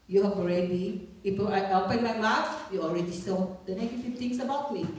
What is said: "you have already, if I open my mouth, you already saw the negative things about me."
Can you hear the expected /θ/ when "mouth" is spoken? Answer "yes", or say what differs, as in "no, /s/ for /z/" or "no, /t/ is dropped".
no, /f/ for /θ/